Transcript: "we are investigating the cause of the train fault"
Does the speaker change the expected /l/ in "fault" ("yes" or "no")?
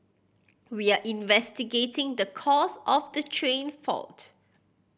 no